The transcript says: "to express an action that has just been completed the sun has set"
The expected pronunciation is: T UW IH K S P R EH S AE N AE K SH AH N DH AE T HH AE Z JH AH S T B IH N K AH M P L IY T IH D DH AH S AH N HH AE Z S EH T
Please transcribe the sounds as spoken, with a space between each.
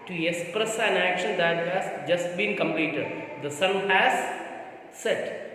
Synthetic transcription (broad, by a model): T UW IH K S P R EH S AE N AE K SH AH N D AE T HH AE Z JH AH S T B IH N K AH M P L IY T IH D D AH S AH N HH AE Z S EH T